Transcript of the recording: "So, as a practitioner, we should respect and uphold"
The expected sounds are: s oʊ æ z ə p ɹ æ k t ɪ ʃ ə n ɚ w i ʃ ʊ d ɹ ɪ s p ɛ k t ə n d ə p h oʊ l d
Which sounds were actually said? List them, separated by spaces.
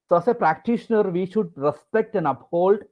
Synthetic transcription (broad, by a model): s oʊ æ s ə p ɹ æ k t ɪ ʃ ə n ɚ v i ʃ ʊ d ɹ ɪ s p ɛ k t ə n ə p h oʊ l d